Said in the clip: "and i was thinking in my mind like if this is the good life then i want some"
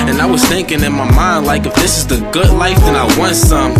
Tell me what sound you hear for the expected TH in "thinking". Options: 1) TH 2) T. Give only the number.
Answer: 1